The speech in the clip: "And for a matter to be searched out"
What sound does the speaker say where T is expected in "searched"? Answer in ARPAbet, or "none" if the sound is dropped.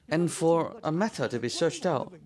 T